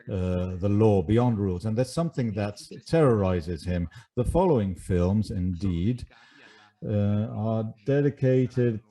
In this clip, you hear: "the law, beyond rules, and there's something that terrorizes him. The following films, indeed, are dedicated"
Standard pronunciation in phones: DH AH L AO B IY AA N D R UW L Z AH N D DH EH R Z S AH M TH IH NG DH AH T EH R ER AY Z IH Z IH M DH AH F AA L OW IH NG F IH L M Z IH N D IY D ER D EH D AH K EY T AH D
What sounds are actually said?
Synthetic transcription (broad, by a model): DH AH L AO B IY AA N D R UW L Z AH N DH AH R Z S AH M TH IH NG DH AH T EH R ER AY Z IH Z IH M DH AH F AA L OW IH NG F IH L M Z IH N D IY D ER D EH D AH K EY T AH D